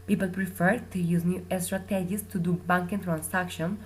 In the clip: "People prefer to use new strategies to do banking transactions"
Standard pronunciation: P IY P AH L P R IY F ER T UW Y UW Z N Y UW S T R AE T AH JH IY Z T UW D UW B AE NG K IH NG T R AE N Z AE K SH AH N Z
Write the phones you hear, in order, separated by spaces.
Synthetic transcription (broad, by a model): P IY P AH L P R IY F ER T UW Y UW Z N Y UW S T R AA T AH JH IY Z T UW D UW B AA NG K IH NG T R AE N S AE K SH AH N